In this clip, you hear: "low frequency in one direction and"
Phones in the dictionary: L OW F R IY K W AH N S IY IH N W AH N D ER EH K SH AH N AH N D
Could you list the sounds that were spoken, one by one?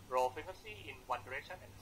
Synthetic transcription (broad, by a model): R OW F IY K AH S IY IH N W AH N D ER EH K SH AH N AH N